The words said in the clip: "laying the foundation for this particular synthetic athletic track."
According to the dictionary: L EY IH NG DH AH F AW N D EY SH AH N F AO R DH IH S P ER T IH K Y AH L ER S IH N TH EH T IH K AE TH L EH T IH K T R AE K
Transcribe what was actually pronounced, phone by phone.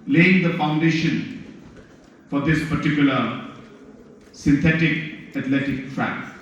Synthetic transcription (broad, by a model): L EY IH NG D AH F AW N D EY SH AH N F AO R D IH S P ER T IH K Y AH L ER S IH N T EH T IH K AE T L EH T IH K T R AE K